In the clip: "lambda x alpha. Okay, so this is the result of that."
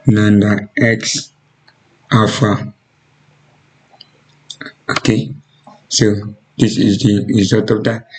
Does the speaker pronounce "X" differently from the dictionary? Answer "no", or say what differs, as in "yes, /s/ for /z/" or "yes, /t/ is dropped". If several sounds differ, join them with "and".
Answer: no